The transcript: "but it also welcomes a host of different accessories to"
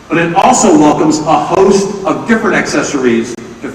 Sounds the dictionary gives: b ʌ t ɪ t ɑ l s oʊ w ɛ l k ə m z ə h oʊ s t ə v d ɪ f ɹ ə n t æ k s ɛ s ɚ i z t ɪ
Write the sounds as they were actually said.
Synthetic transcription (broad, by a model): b ʌ t ɪ t ɑ l s oʊ w ɛ l k ə m z ə h oʊ s t ə v d ɪ f ɹ ə n t æ k s ɛ s ɚ i z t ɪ